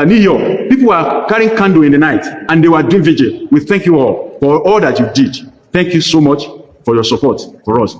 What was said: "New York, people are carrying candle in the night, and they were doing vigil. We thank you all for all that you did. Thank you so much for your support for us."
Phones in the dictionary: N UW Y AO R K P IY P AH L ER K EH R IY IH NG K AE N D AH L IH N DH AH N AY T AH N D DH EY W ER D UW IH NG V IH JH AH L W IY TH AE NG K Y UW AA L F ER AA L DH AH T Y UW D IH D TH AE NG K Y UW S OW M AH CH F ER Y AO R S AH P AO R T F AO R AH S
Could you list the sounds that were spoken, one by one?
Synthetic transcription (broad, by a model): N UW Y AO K P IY P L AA K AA R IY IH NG K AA N D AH IH N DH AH N AY T AH N D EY W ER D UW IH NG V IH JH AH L W IY TH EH NG K Y UW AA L F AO AA L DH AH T Y UW D IH D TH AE NG K Y UW S OW M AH CH F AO Y AO S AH P AO T F AO R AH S